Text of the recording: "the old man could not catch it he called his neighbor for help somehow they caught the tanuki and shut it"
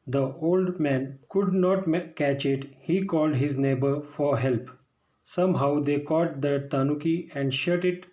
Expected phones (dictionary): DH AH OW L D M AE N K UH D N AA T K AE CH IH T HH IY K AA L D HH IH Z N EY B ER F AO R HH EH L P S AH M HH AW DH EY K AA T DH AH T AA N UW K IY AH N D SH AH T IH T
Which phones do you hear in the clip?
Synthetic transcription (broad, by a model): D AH OW L D M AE N K UH D N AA T K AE CH IH T HH IY K AA L D HH IH Z N EY B ER F AO R HH EH L P S AH M HH AW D EY K AA T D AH T AA N UW K IY AH N D SH AH T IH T